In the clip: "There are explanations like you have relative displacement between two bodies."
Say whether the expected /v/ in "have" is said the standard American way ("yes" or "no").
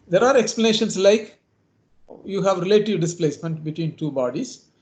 yes